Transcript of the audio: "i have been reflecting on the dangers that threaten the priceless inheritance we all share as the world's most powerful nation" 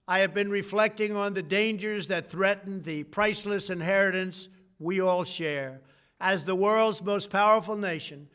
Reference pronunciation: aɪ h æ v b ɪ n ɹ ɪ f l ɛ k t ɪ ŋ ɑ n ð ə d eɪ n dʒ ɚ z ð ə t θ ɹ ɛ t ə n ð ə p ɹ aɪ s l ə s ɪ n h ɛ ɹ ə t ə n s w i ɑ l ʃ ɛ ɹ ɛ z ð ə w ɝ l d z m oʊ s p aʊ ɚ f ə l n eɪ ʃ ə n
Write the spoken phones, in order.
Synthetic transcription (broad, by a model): aɪ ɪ v b ɪ n ɹ ɪ f l ɛ k t ɪ ŋ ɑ n ð ə d eɪ n dʒ ɚ z ð ə t θ ɹ ɛ t n ð ə p ɹ aɪ s l ə s ɪ n h ɛ ɹ ə t ə n s w i ɑ l ʃ ɛ ɹ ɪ z ð ə w ɝ l d z m oʊ s p aʊ ɚ f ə l n eɪ ʃ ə n